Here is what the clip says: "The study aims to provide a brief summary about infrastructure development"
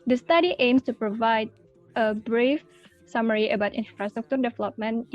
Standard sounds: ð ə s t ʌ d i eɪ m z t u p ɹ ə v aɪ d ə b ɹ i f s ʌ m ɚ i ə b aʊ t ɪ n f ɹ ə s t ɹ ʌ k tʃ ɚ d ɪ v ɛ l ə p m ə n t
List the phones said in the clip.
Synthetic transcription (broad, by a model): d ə s t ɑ d i eɪ m s t u p ɹ ə v aɪ d ə b ɹ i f s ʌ m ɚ i ə b aʊ t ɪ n f ɹ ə s t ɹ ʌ k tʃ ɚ d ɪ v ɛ l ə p m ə n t